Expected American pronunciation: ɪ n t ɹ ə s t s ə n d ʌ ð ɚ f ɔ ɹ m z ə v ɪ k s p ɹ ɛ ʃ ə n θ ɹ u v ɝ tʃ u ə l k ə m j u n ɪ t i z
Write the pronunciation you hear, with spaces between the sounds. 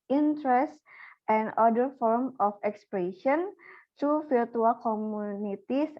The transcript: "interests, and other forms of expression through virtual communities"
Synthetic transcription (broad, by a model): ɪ n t ɹ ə s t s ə n d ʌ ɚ f ɔ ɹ m ə f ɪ k s p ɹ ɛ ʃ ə n t ɹ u f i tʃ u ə l k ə m u n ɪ t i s